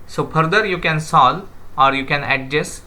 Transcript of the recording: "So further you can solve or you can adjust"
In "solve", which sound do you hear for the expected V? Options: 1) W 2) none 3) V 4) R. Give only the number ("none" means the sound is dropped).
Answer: 2